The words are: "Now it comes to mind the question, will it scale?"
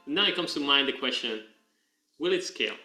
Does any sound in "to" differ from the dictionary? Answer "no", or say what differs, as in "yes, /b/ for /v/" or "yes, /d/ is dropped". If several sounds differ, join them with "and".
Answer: no